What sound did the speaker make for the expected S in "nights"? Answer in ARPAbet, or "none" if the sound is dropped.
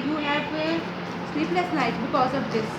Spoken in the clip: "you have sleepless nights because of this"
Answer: none